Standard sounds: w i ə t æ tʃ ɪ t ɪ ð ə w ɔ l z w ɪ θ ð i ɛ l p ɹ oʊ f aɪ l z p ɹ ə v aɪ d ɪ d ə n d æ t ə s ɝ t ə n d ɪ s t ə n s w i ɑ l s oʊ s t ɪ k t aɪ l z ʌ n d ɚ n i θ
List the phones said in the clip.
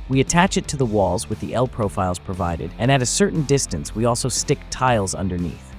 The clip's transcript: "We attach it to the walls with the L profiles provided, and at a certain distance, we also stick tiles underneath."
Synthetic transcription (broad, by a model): w i ə t æ tʃ ɪ t ɪ ð ə w ɔ l z w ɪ ð i ɛ l p ɹ oʊ f aɪ l z p ɹ ə v aɪ d ɪ d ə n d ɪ t ə s ɝ t n d ɪ s t ə n s w i ɑ l s oʊ s t ɪ k t aɪ l z ʌ n d ɚ n i θ